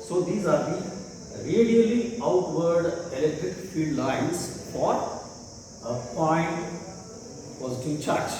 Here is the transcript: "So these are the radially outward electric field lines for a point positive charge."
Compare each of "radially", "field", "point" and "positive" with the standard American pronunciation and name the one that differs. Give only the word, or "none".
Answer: point